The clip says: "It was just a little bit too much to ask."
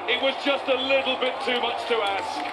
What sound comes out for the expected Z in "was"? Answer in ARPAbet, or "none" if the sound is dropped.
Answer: Z